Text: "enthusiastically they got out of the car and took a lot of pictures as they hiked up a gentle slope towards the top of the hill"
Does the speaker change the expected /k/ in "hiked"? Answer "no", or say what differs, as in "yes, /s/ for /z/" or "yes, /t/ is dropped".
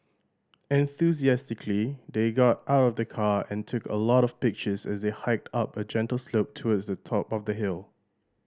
no